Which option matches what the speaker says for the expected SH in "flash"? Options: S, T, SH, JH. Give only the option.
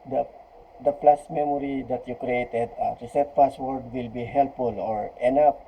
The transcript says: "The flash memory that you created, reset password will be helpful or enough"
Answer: S